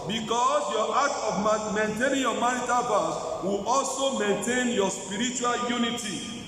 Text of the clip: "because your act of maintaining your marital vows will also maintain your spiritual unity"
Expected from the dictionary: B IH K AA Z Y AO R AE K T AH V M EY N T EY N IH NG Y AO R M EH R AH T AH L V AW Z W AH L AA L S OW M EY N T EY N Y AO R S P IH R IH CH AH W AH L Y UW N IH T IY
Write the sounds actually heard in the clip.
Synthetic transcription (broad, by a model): B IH K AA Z Y AO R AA T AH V M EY N T EY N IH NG Y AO M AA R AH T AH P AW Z W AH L AA L S OW M EY N T EY N Y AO S P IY R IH CH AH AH L Y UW N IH T IY